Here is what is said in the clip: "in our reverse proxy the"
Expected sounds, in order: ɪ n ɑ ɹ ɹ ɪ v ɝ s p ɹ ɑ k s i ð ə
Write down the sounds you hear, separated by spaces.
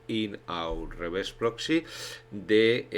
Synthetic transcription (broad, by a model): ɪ n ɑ w ɹ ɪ b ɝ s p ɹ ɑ k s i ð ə